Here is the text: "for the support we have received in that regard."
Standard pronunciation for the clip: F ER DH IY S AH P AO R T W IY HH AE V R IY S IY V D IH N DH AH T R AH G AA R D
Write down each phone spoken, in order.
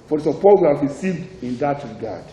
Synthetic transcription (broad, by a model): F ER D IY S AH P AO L W IY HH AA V R IY S IY V D IH N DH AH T R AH G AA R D